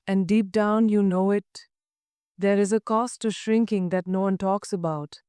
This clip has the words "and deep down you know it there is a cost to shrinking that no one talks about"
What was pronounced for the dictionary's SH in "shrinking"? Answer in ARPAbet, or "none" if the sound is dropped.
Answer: SH